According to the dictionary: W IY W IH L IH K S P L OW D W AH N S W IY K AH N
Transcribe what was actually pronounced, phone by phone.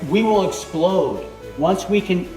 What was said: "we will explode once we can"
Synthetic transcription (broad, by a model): W IY W IH L IH K S P L OW D W AH N S W IY K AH N